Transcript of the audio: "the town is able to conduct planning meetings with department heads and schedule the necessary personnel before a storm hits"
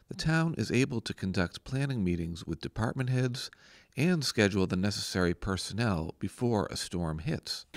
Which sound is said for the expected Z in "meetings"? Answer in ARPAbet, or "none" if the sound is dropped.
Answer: Z